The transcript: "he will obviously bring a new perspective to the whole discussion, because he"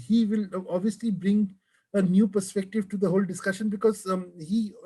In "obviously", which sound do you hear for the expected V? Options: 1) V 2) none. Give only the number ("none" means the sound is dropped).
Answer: 1